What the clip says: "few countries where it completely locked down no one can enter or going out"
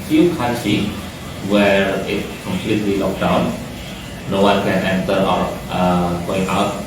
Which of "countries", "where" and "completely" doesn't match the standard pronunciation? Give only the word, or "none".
countries